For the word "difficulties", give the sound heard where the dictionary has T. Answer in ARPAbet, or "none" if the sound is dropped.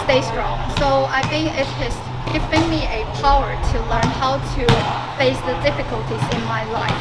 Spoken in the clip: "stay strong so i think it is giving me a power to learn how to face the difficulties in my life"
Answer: T